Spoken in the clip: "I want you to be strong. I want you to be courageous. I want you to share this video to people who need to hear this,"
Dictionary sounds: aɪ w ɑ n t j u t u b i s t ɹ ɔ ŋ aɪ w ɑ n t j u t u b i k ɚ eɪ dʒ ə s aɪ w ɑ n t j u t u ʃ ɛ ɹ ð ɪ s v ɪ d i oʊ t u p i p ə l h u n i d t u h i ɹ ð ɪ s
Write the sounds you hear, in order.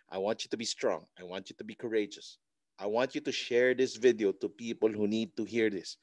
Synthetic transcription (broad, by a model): aɪ w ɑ n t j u t u b i s t ɹ ɔ ŋ aɪ w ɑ n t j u t u b i k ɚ eɪ dʒ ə s aɪ w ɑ n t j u t u ʃ ɛ ɹ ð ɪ s v ɪ d i oʊ t u p i p ə l h u n i d t u h i ɹ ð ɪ s